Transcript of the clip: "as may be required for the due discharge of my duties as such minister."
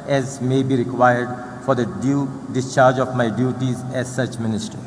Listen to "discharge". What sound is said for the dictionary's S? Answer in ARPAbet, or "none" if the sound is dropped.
S